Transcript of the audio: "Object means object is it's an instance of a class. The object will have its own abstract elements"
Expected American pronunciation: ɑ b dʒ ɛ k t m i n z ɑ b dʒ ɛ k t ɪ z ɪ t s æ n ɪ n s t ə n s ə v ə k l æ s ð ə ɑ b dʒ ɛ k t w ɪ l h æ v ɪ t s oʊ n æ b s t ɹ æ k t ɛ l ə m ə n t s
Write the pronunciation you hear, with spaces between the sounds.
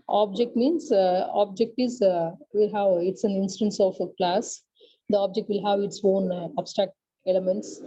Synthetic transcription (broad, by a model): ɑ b dʒ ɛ k t m i n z ɑ b dʒ ɛ k t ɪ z ɪ t s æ n ɪ n s t ə n s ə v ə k l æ s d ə ɑ b dʒ ɛ k t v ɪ l h æ v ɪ t s oʊ n æ b s t ɹ æ k t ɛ l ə m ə n t s